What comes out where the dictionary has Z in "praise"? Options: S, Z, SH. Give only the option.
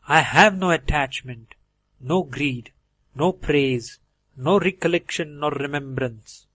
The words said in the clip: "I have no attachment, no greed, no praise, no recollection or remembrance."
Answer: Z